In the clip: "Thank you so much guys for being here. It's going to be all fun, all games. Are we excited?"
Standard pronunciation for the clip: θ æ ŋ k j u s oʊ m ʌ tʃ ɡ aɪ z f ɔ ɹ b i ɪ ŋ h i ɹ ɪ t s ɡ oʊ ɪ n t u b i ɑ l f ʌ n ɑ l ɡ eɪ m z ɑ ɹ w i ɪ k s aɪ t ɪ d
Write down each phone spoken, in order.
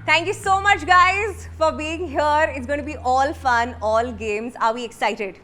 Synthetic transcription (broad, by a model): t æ ŋ k j u s oʊ m ʌ tʃ ɡ aɪ z f ɔ ɹ b i ɪ ŋ h i ɹ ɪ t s ɡ oʊ ɪ n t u b i ɑ l f ʌ n ɑ l ɡ eɪ m z ɑ ɹ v i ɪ k s aɪ t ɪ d